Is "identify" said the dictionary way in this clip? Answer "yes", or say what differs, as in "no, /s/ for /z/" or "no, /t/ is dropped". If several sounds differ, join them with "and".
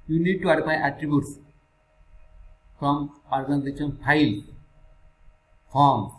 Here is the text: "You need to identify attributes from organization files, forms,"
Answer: no, /f/ is dropped